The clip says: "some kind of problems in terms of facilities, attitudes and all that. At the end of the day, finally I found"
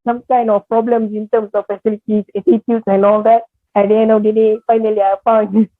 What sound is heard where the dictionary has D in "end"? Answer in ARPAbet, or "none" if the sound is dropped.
none